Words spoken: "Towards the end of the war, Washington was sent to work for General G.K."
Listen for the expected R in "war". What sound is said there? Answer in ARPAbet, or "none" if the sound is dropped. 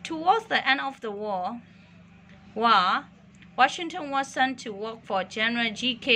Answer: W